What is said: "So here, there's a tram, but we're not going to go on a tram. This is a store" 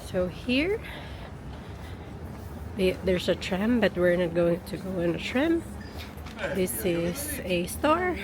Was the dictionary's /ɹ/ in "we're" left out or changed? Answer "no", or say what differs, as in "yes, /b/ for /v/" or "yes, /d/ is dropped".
no